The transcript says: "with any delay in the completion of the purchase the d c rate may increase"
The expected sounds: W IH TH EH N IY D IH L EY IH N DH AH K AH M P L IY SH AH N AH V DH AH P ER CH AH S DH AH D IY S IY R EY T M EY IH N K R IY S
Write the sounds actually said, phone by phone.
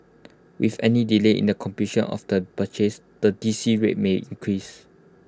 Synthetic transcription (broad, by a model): W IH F EH N IY D IH L EY IH N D AH K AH M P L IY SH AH N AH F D AH B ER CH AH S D AH D IY S IY R EY T M EY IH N K R IY S